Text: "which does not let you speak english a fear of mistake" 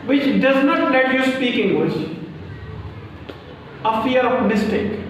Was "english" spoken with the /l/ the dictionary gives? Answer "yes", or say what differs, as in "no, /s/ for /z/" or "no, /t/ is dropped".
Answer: no, /w/ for /l/